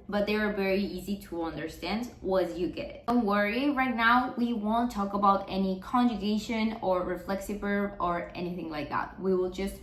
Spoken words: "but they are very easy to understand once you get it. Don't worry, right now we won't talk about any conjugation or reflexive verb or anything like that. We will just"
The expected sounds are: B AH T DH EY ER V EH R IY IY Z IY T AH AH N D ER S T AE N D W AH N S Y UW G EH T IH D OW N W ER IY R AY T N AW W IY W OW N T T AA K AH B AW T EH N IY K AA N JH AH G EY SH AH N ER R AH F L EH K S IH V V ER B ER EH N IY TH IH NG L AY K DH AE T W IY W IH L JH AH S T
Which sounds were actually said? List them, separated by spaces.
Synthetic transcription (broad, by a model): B AH T DH EY ER V EH R IY IY Z IY T AH AH N D ER S T AE N D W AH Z Y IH G EH T IH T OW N W ER IY R AY T N AW W IY W OW N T T AA K AH B AW T EH N IY K AA N JH AH G EY SH AH N ER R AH F L EH K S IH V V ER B ER EH N IY TH IH NG L AY K DH AE T W IY W IH L JH AH S T